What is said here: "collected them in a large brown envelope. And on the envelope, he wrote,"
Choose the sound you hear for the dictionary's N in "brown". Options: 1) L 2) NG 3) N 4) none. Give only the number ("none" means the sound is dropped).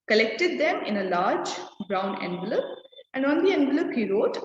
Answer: 3